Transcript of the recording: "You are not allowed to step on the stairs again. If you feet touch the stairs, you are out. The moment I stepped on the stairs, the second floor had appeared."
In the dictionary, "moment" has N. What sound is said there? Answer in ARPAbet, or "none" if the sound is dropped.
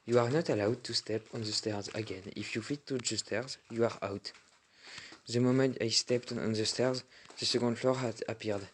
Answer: none